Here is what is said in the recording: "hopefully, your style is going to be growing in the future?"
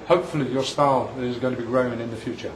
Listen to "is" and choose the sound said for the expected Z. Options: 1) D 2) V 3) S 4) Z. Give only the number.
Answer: 4